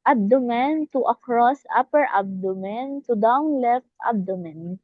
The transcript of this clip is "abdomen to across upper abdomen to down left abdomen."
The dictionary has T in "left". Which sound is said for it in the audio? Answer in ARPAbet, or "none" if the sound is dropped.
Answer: T